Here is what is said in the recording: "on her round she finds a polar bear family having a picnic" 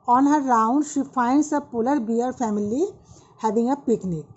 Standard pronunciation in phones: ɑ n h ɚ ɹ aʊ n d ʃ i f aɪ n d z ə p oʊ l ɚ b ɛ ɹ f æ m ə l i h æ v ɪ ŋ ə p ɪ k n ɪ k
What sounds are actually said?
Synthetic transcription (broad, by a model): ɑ n h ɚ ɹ aʊ n d ʃ i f aɪ n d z ə p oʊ l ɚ b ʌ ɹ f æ m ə l i h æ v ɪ ŋ ə p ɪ k n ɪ k